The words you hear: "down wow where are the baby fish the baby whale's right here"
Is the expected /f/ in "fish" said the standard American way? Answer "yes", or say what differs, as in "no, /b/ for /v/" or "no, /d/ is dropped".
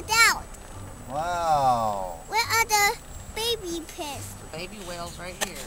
no, /p/ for /f/